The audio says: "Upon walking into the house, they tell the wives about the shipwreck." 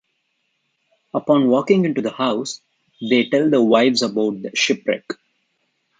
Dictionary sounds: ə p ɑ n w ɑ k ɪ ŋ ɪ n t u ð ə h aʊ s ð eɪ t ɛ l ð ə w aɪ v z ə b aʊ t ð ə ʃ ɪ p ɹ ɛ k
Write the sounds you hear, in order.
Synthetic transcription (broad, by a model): ə p ɑ n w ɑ k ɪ ŋ ɪ n t u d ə h aʊ s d eɪ t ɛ l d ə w aɪ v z ə b aʊ t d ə ʃ ɪ p ɹ ɛ k